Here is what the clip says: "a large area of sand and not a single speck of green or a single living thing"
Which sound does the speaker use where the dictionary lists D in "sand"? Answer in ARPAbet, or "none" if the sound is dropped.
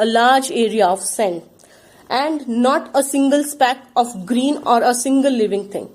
none